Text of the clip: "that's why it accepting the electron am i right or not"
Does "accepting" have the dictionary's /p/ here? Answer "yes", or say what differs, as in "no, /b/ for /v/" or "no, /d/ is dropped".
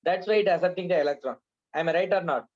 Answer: no, /p/ is dropped